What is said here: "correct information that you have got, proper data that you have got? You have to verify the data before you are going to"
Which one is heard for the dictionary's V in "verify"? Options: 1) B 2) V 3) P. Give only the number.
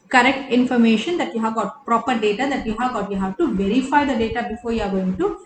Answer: 2